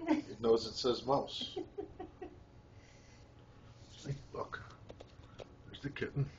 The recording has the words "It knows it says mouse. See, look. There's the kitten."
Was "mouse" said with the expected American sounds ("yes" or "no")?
yes